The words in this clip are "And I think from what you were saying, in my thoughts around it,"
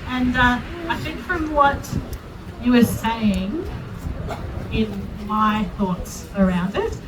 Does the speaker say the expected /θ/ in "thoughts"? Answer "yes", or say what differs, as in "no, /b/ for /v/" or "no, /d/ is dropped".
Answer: yes